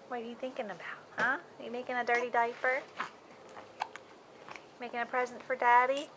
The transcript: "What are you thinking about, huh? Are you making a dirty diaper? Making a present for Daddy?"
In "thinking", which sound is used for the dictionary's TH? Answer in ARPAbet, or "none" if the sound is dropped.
TH